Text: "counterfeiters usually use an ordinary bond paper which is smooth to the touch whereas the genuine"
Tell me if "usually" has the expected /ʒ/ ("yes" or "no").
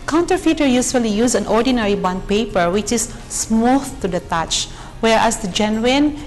no